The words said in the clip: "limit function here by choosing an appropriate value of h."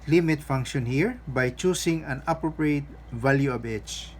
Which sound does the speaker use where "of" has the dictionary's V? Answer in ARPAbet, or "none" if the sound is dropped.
B